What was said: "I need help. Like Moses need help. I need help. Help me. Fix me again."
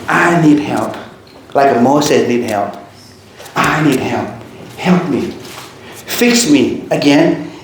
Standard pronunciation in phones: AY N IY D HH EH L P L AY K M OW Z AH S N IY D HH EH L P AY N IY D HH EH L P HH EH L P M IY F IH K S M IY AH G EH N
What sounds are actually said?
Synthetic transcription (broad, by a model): AY N IY D HH EH L P L AY K M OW S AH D N IY D HH EH L P AY N IY D HH EH L P HH EH L P M IY F IH K S M IY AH G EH N